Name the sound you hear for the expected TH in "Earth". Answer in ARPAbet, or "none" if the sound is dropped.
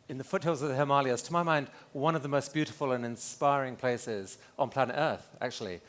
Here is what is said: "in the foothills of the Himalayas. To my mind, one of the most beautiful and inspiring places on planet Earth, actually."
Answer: TH